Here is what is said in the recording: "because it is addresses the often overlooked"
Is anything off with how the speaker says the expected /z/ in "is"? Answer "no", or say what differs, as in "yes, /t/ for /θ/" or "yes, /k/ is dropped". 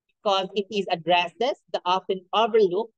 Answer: no